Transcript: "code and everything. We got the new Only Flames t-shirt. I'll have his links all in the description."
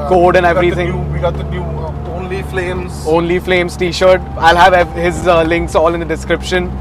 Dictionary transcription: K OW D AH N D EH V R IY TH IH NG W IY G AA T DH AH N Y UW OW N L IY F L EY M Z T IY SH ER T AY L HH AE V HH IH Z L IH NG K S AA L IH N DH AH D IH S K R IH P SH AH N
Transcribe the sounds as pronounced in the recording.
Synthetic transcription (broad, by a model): K OW D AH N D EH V R IY T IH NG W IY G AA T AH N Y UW OW N L IY F L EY M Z T IY SH ER T AY L HH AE V HH IH Z L IH NG K S AA L IH N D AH D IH S K R IH P SH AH N